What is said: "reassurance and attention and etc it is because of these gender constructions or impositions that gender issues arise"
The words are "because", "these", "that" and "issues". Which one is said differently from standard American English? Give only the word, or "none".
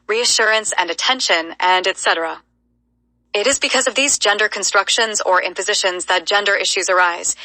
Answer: none